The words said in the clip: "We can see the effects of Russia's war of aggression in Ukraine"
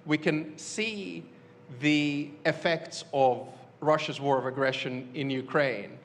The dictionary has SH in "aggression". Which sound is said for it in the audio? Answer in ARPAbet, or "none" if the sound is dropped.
SH